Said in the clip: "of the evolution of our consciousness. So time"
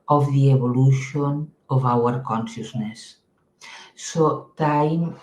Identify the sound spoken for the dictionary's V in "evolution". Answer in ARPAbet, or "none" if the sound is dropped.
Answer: B